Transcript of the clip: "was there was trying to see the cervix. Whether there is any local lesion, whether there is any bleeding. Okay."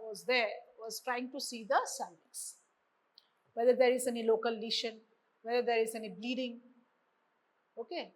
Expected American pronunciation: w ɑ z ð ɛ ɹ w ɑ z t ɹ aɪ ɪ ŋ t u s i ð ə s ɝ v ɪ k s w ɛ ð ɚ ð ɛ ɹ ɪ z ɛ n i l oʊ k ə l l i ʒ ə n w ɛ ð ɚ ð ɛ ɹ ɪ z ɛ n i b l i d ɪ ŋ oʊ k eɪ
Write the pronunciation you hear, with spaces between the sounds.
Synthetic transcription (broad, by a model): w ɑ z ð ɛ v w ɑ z t ɹ aɪ ɪ ŋ t u s i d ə s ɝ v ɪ s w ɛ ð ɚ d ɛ ɹ ɪ z ɛ n i l oʊ k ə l l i ʃ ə n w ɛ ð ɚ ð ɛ ɹ ɪ z ɛ n i b l i d ɪ ŋ oʊ k eɪ